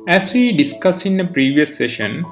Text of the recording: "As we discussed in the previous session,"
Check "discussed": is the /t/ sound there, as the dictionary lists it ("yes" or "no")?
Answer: no